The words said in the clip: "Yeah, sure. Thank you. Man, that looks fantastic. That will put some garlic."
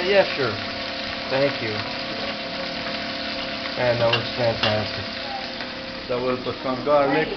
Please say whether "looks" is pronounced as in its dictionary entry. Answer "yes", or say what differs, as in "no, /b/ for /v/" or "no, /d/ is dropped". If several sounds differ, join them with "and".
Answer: no, /w/ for /l/